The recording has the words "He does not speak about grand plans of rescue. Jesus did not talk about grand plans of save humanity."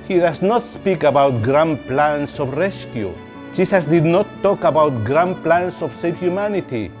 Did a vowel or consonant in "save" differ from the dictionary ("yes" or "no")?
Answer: yes